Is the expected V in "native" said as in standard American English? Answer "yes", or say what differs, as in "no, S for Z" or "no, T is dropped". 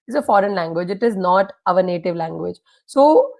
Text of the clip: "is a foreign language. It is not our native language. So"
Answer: yes